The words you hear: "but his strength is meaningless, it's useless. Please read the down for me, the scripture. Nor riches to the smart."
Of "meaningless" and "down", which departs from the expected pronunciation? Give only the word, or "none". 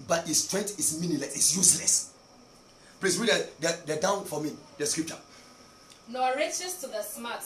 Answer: meaningless